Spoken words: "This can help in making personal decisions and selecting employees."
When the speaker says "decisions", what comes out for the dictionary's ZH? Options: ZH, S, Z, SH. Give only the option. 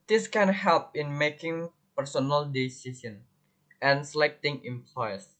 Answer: S